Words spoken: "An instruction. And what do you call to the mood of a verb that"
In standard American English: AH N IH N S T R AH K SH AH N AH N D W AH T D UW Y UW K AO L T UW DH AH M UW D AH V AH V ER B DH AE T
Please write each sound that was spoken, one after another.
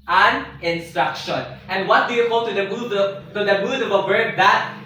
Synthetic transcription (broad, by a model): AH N IH N S T R AH K SH AH N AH N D W AH T D UW Y UW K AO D T UW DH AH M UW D AH V AH B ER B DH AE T